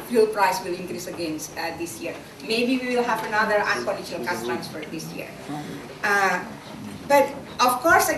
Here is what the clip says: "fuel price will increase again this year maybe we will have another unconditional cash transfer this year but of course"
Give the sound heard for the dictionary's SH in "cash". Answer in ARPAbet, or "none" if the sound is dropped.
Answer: S